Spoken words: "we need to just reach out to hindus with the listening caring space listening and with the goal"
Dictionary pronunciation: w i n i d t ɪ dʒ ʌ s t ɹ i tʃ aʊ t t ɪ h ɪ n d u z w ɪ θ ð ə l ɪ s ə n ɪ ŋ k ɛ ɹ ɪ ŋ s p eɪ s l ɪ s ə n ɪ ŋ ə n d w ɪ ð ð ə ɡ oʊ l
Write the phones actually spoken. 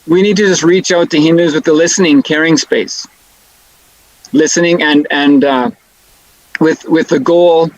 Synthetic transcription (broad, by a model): w i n i d t ɪ dʒ ʌ s t ɹ i tʃ aʊ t t ɪ h ɪ n d u z w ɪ ð ə l ɪ s ə n ɪ ŋ k ɛ ɹ ɪ ŋ s p eɪ s l ɪ s ə n ɪ ŋ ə n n w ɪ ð ð ə ɡ oʊ l